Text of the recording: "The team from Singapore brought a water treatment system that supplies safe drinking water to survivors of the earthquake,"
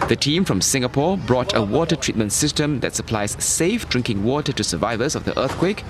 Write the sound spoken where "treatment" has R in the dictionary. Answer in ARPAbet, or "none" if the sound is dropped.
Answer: R